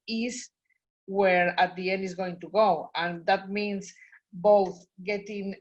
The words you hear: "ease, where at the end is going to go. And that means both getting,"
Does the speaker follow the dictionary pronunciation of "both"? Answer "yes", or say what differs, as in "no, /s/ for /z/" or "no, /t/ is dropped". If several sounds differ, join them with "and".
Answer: yes